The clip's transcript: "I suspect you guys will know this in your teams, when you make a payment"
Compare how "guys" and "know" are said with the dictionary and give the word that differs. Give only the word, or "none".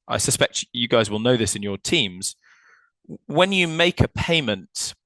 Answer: none